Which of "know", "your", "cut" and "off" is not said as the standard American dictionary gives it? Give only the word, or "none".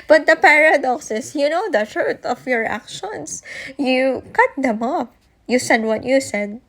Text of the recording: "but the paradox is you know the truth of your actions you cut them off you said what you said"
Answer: off